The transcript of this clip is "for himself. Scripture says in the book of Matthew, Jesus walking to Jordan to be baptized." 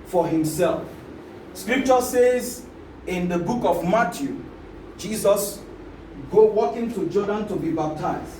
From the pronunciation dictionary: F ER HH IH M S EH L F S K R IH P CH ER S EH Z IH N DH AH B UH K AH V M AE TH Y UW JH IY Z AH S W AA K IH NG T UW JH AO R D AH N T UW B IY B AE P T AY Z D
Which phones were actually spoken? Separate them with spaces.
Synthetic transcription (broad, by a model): F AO HH IH M S EH L F S K R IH P CH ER S EH Z IH N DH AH B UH K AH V M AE T Y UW JH IY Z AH S W AA K IH NG T UW JH AO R D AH N T UW B IY B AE P T AY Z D